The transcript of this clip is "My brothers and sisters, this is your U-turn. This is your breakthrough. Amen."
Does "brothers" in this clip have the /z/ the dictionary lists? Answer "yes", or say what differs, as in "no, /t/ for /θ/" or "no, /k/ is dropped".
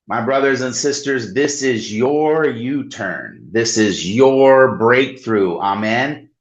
yes